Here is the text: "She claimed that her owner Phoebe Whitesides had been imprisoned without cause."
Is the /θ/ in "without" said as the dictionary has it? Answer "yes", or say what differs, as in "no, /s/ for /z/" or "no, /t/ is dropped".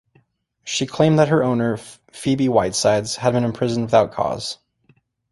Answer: yes